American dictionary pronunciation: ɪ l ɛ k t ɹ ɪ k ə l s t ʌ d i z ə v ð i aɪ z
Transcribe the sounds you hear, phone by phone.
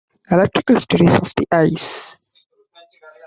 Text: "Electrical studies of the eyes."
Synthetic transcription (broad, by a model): ɪ l ɛ k t ɹ ɪ k ə l s t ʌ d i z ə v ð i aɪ s